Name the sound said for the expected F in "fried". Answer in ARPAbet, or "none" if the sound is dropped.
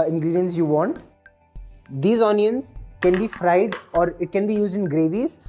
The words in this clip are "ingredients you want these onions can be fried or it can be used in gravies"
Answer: F